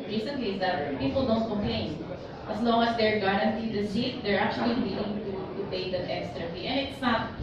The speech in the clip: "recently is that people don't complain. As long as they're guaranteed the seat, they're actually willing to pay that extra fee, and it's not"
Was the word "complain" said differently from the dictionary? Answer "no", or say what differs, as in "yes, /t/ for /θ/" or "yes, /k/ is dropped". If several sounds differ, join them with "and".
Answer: yes, /m/ is dropped